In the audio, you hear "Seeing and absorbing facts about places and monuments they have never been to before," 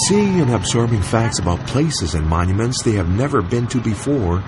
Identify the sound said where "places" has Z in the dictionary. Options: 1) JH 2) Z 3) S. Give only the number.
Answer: 2